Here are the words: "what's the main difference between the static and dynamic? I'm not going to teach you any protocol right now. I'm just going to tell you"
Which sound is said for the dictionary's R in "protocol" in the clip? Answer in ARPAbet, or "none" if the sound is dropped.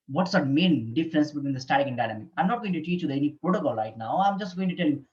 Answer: R